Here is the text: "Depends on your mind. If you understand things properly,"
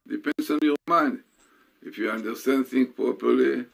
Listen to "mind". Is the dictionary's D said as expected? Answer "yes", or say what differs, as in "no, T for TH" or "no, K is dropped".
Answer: yes